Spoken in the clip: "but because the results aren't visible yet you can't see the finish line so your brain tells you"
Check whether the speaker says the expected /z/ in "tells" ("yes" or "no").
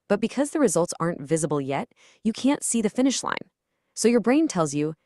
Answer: yes